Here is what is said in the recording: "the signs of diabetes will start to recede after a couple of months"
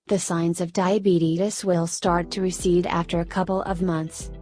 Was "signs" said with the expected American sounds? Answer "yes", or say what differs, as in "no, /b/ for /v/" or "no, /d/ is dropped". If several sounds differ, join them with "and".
yes